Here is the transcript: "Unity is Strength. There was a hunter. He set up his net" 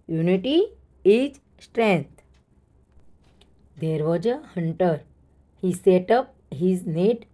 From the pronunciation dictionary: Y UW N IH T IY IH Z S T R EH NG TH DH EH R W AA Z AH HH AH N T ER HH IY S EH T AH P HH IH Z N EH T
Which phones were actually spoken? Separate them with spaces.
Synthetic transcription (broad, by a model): Y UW N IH T IY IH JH S T R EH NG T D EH R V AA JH AH HH AH N T ER HH IY S EH T AH P HH IH Z N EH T